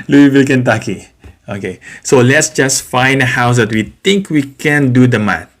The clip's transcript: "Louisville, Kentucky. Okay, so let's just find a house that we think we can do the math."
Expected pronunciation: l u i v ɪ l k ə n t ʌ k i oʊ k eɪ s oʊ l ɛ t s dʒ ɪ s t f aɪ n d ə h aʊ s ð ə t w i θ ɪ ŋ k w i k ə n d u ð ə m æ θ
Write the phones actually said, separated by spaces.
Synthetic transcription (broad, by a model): l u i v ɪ l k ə n t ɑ k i oʊ k eɪ s oʊ l ɛ t s dʒ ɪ s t f aɪ n d ə h aʊ s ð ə t w i t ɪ ŋ k w i k ə n d u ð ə m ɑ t